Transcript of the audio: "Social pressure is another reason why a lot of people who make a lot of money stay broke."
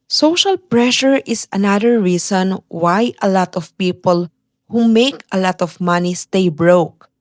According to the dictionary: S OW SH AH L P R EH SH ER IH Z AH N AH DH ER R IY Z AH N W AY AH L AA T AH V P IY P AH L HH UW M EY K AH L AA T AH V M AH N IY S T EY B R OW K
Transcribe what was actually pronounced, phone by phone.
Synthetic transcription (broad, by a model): S OW SH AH L P R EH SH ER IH S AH N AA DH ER R IY S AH N W AY AH L AA T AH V P IY P AH L HH UW M EY K AH L AA T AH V M AH N IY S T EY B R OW K